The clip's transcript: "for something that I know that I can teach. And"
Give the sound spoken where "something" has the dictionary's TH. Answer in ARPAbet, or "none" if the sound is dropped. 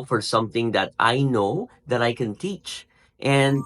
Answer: TH